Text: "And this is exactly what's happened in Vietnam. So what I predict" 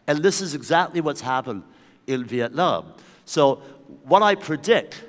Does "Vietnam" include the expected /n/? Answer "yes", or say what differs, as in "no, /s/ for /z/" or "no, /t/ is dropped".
no, /l/ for /n/